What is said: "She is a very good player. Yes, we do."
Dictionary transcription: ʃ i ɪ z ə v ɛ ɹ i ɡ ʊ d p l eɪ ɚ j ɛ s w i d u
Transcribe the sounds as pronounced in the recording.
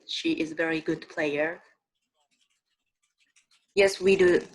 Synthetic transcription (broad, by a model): ʃ i ɪ z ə v ɛ ɹ i ɡ ʊ d p l eɪ ɚ j ɛ s w i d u